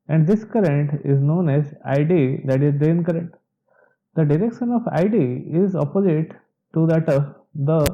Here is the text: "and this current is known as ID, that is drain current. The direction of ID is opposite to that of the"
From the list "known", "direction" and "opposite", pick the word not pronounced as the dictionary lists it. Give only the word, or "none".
none